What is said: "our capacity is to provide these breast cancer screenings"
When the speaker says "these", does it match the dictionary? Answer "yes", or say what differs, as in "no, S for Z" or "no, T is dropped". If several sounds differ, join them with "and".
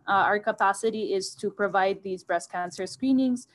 yes